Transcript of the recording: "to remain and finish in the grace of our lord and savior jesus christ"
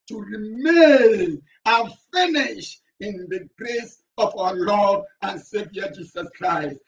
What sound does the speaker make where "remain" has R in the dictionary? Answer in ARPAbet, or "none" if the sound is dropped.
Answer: R